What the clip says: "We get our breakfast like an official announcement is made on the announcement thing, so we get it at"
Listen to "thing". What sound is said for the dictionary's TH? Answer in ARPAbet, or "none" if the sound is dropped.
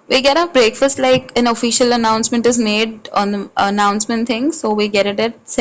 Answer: T